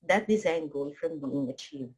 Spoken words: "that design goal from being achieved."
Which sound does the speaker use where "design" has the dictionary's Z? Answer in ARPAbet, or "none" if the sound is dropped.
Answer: Z